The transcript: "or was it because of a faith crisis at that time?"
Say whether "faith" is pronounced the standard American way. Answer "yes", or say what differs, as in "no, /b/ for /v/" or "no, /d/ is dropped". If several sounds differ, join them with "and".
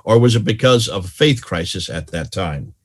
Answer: yes